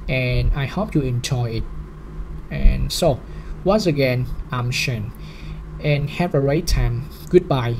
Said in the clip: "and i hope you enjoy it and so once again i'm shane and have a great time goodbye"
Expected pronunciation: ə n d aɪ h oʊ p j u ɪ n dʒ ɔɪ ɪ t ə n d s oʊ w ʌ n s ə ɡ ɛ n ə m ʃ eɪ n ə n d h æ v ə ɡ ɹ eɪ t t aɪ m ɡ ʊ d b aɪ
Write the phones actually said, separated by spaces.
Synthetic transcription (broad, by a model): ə n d aɪ h oʊ p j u ɪ n dʒ ɔɪ ɪ t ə n s oʊ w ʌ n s ə ɡ ɛ n ə m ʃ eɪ n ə n h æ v ə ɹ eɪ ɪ t aɪ m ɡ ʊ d b aɪ